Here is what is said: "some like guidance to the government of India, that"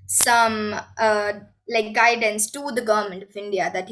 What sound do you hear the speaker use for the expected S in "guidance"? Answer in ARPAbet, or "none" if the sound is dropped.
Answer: S